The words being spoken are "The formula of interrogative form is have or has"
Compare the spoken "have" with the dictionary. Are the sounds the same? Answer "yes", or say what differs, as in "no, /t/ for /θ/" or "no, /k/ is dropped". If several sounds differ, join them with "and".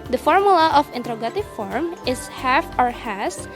no, /f/ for /v/